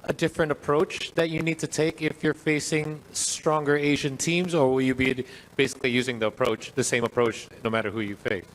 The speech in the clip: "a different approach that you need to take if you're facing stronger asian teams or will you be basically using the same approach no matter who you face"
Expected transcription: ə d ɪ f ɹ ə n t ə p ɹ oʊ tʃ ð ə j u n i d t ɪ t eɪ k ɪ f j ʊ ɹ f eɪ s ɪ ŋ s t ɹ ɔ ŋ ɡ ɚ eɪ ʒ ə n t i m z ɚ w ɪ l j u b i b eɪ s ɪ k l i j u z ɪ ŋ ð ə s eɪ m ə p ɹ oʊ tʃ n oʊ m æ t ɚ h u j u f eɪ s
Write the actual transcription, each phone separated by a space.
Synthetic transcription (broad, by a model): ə d ɪ f ɹ ə n t ə p ɹ oʊ tʃ ð ə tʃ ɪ n i d t ɪ t eɪ k ɪ f j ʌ ɹ f eɪ s ɪ ŋ s t ɹ ɔ ŋ ɡ ɚ eɪ ʒ ə n t i m z ɚ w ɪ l j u b i b eɪ s ɪ k l i j u z ɪ ŋ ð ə s eɪ m ə p ɹ oʊ tʃ n oʊ m æ t ɚ h u j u f eɪ s